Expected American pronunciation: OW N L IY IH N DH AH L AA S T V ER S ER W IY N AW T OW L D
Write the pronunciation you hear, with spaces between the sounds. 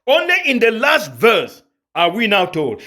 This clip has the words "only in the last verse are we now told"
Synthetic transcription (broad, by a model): OW N L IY IH N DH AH L AA S T V ER S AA W IY N AW T OW L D